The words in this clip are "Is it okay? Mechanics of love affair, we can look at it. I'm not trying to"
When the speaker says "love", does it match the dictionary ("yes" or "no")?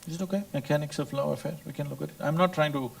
no